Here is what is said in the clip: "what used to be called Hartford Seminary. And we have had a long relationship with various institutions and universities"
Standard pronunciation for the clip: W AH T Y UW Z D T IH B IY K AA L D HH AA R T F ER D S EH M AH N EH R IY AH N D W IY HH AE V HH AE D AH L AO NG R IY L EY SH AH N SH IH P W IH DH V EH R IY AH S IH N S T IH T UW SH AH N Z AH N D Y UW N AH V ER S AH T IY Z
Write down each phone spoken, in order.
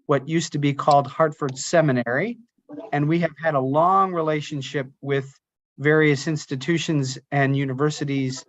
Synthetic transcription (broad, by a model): W AH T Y UW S T IH B IY K AA L D HH AA R T F ER D S EH M AH N EH R IY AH N W IY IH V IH D AH L AO NG R IY L EY SH AH N SH IH P W IH DH V EH R IY AH S IH N S T IH T UW SH AH N Z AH N Y UW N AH V ER S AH T IY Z